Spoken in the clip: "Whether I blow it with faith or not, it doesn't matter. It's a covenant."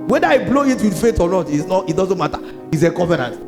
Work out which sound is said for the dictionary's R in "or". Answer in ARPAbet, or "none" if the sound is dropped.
L